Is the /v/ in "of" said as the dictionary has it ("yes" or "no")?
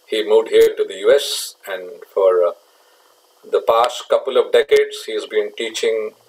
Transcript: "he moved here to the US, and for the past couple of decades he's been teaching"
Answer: yes